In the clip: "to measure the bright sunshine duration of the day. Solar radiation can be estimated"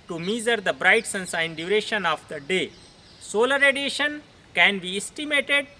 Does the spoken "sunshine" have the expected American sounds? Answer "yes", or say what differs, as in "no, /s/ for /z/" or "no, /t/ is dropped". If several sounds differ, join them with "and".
no, /s/ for /ʃ/